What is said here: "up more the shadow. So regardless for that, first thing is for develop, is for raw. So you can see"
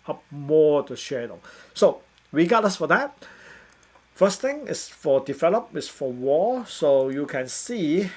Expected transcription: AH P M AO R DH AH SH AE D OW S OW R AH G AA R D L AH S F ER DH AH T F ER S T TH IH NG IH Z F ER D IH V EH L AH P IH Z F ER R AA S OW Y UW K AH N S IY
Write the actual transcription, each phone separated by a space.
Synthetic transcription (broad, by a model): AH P M AO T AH SH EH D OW S OW W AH G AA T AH S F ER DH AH T F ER S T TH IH NG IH S F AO D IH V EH L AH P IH S F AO W AA S OW Y UW K AH N S IY